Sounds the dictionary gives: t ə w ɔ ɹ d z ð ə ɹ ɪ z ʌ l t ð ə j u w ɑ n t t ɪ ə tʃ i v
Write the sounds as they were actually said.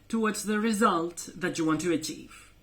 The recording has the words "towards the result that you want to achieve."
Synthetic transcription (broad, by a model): t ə w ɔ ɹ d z ð ə ɹ ɪ z ʌ l t ð ə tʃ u w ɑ n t t ɪ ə tʃ i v